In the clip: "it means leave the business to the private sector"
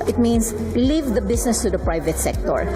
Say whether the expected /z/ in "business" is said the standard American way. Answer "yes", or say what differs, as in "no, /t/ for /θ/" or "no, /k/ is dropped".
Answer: no, /s/ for /z/